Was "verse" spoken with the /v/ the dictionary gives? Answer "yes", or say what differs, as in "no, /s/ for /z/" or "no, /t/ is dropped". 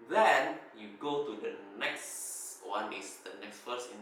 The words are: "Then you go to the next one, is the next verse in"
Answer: no, /f/ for /v/